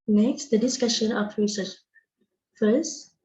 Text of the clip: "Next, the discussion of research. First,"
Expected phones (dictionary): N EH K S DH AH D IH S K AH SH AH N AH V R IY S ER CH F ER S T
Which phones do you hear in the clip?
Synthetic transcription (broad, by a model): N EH K S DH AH D IH S K AH SH AH N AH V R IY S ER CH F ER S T